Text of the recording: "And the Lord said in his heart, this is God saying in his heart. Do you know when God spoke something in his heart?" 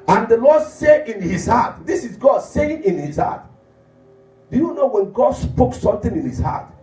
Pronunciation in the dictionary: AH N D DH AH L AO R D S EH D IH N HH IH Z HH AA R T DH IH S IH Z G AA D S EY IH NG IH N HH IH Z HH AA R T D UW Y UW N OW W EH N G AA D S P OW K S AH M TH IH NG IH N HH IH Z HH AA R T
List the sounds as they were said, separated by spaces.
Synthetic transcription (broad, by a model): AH N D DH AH L AO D S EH IH N HH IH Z HH AA T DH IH S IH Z G AA D S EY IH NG IH N HH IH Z HH AA T D UW Y UW N OW W EH N G AA D S P OW K S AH M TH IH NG IH N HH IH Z HH AA T